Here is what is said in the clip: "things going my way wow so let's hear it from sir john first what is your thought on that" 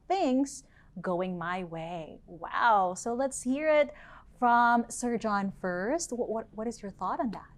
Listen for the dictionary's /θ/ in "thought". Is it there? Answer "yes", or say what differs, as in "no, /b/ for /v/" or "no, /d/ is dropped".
yes